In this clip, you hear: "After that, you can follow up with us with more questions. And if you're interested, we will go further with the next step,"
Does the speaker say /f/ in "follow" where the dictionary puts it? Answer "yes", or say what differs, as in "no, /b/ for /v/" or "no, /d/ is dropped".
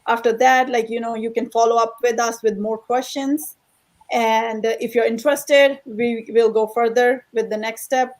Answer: yes